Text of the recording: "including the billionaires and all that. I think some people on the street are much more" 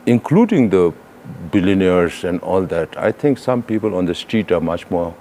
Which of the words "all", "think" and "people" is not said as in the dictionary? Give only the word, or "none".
think